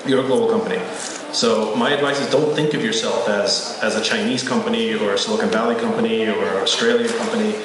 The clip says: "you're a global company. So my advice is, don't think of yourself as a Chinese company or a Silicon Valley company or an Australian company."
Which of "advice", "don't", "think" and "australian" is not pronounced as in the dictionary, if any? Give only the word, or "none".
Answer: none